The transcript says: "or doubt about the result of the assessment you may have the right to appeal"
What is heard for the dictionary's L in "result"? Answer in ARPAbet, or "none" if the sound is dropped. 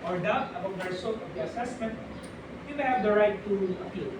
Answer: none